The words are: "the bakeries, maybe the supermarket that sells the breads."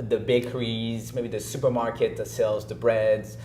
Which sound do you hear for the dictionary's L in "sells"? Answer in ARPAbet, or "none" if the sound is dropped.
L